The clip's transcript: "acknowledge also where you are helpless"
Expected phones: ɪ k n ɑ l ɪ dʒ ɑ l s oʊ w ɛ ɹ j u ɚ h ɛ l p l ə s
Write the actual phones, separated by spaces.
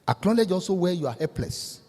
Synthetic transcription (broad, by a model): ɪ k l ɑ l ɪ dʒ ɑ s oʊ w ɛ j u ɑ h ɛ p l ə s